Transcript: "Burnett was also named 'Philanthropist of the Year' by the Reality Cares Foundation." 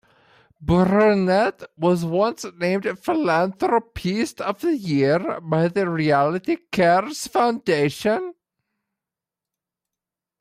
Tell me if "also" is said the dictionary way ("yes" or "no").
no